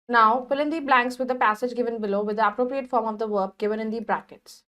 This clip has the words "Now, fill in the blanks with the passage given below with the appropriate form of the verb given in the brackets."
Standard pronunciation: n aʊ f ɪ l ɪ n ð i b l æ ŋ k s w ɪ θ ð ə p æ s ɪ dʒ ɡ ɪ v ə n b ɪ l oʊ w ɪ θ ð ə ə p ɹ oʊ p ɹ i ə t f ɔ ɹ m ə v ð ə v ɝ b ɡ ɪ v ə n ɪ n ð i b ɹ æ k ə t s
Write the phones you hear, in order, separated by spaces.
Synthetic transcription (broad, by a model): n aʊ p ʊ l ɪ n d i b l æ ŋ k s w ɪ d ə p æ s ɪ dʒ ɡ ɪ v ə n b ɪ l oʊ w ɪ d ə ə p ɹ oʊ p ɹ i ə t f ɔ ɹ m ə v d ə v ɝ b ɡ ɪ v ə n ɪ n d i b ɹ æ k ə t s